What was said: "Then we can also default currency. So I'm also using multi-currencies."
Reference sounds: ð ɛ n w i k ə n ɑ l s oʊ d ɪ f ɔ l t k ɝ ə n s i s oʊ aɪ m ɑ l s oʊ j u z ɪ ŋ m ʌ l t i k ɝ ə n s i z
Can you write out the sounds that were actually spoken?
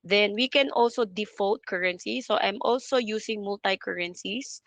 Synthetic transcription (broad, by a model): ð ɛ n w i k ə n ɑ l s oʊ d ɪ f ɔ l t k ɝ ə n s i s oʊ aɪ m ɑ l s oʊ j u s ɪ ŋ m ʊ l t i k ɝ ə n s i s